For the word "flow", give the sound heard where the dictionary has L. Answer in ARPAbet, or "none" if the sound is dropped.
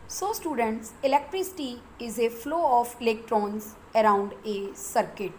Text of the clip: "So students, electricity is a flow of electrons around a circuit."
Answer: L